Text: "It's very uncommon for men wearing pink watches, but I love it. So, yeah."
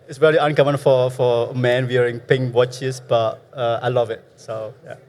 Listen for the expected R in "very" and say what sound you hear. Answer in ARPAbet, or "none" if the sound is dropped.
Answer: L